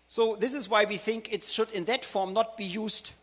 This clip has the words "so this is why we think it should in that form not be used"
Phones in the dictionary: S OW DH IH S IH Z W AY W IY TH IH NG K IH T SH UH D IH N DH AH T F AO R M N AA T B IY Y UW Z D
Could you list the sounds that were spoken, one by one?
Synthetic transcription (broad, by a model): S OW DH IH S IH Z W AY W IY TH IH NG K IH T SH UH D IH N DH AH T F AO R M N AA T B IY Y UW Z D